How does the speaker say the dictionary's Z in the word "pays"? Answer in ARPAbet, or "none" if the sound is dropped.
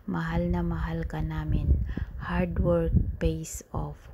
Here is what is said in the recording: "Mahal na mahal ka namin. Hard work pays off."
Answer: S